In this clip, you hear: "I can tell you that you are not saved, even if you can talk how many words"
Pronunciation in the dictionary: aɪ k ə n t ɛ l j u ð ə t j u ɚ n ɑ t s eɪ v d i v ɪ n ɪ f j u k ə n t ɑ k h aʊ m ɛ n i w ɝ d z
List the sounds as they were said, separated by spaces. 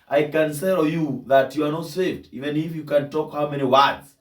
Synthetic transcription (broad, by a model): aɪ k ə n s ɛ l j u ð ə t j u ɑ n ɑ t s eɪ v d i v ɪ n ɪ f j u k ə n t ɑ k h aʊ m ɛ n i w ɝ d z